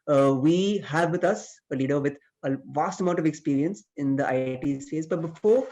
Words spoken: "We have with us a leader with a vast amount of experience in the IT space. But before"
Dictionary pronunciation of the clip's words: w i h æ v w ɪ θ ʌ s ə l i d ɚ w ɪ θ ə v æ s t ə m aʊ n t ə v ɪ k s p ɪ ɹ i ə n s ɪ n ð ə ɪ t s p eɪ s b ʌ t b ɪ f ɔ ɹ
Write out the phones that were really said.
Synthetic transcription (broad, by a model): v i h æ v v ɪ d ʌ s ə l i d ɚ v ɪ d ə v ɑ s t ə m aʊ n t ə v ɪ k s p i ɹ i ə n s ɪ n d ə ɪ t s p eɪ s b ʌ t b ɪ f ɔ ɹ